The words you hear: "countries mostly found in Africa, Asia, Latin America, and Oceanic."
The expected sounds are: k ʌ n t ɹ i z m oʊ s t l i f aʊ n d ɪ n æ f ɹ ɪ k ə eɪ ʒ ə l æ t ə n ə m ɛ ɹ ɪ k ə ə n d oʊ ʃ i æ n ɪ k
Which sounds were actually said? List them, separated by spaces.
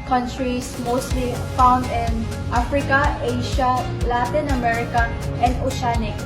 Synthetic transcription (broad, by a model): k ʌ n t ɹ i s m oʊ s t l i f aʊ n d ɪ n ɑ f ɹ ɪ k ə eɪ ʃ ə l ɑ t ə n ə m ɛ ɹ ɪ k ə ə n d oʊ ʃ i n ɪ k